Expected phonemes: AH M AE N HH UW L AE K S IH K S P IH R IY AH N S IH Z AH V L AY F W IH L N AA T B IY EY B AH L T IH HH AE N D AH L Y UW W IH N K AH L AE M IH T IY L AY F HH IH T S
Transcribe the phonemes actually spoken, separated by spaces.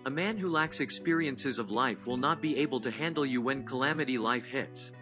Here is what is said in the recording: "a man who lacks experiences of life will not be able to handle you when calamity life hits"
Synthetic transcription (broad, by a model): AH M AE N HH UW L AE K S IH K S P IH R IY AH N S IH Z AH V L AY F W IH L N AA T B IY EY B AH L T IH HH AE N D L Y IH W IH N K AH L AE M IH T IY L AY F HH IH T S